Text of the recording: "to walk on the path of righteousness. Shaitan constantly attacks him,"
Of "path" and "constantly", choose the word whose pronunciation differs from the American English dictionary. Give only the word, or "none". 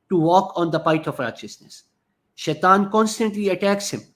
path